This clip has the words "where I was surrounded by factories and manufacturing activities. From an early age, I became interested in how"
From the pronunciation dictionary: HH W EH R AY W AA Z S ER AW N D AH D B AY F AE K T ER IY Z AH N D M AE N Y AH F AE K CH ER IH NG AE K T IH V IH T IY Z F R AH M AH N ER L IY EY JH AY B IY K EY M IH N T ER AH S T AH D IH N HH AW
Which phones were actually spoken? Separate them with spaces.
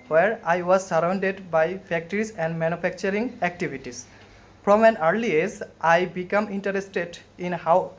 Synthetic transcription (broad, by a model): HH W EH R AY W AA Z S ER AW N D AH D B AY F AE K T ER IY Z AH N D M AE N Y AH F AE K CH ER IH NG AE K T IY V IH T IY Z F R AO M AH N ER L IY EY Z AY B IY K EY M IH N T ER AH S T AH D IH N HH AW